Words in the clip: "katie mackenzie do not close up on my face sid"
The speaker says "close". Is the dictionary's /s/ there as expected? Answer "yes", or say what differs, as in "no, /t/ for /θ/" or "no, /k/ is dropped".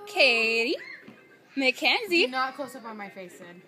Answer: yes